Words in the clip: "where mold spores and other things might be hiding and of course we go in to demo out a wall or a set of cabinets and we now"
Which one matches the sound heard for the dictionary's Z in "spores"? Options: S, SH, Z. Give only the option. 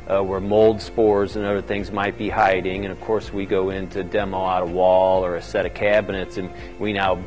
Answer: Z